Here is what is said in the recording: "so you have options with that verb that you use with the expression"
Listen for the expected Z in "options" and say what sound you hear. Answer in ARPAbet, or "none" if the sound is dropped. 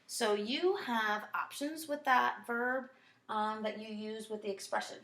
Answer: Z